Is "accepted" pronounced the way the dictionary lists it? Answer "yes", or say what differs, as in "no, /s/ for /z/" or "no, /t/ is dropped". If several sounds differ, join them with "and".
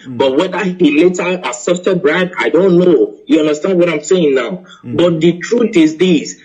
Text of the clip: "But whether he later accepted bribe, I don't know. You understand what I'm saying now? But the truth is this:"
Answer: no, /k/ is dropped